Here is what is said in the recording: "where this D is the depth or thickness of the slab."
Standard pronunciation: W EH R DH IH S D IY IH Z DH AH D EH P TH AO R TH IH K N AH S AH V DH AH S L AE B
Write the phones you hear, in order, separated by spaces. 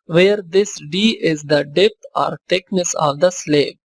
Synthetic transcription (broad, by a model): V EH R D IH S D IY IH Z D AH D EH P T AO R T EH K N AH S AH V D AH S L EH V